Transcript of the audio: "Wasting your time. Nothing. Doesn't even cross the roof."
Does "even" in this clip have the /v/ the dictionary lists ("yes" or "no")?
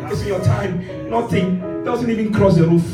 yes